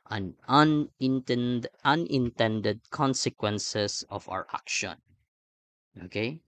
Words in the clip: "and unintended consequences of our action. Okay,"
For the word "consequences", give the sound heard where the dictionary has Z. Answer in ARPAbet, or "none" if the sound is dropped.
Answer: S